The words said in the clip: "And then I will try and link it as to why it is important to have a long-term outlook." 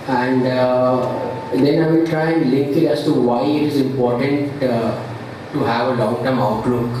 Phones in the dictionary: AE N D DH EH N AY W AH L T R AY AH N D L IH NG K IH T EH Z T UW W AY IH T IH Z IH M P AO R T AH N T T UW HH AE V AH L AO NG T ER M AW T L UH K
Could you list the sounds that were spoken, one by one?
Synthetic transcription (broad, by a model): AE N D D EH N AY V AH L T R AY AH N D L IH K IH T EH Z T UW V AY IH T IH Z IH M P AO R T AH N T T UW HH AE V AH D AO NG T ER M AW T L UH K